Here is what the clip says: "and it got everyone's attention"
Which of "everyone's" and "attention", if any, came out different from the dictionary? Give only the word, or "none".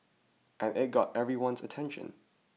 none